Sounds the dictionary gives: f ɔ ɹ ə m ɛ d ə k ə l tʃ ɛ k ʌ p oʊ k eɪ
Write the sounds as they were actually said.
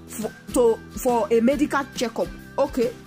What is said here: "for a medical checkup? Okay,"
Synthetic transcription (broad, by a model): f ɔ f ə m ɛ d ə k ə l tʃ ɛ k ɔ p oʊ k eɪ